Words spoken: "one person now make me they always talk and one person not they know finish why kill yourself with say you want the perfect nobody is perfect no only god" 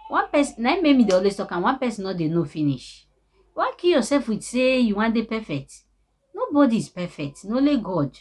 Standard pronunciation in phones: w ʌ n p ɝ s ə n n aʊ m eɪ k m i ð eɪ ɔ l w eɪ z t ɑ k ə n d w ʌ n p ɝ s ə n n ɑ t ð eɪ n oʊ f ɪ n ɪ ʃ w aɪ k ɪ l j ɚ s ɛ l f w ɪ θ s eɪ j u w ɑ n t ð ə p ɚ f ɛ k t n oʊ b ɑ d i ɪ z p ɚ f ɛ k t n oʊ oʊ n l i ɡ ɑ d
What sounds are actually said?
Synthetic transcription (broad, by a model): w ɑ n p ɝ s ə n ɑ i m eɪ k m i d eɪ ɔ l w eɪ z t ɑ k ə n w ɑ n p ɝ s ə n n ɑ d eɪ n oʊ f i n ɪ ʃ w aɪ k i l j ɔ s ɛ l f w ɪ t s eɪ j u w ɑ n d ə p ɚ f ɛ k t n oʊ b ɑ d i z p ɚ f ɛ k t n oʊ oʊ l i ɡ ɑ d